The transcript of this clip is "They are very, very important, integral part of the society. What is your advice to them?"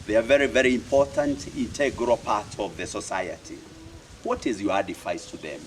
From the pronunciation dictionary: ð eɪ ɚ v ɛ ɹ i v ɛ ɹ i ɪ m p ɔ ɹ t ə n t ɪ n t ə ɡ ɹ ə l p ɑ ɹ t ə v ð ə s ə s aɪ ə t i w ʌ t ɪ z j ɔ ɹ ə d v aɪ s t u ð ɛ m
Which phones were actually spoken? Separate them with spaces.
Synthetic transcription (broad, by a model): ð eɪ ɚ v ɛ ɹ i v ɛ ɹ i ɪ m p ɔ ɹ t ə n t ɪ n t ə ɡ ɹ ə l p ɑ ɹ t ə v ð ə s ə s aɪ ə t i w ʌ t ɪ z j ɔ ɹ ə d f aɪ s t u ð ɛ m